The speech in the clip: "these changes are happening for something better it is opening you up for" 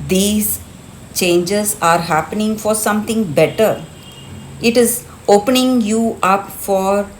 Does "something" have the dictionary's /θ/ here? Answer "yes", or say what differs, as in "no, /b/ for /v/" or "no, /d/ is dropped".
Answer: no, /t/ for /θ/